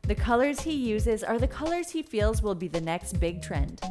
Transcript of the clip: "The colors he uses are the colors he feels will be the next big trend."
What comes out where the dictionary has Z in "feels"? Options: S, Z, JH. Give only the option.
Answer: Z